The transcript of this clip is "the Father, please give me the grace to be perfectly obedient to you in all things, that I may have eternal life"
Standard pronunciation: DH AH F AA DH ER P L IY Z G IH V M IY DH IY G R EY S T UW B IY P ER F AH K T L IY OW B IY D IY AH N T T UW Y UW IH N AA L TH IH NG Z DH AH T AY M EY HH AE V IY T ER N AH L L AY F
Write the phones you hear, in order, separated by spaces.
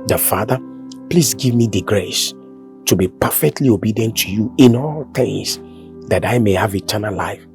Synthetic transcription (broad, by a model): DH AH F AA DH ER P L IY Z G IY V M IY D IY G R EY S T UW B IY P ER F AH K T L IY OW B IY D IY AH N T T UW Y UW IH N AA L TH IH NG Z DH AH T AY M EY HH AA V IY T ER N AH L L AY F